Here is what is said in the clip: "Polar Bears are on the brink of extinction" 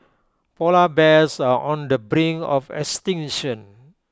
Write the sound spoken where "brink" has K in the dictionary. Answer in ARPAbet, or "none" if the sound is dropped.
none